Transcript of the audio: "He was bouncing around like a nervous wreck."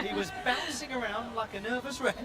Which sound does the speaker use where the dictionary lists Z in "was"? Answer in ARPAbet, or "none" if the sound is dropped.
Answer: Z